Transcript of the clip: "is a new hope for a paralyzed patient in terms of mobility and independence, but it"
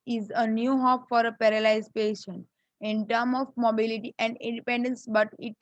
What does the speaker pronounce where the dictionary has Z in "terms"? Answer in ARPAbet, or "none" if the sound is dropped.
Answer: none